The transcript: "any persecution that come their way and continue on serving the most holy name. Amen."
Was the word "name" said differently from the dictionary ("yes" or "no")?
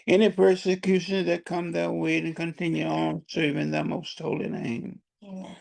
yes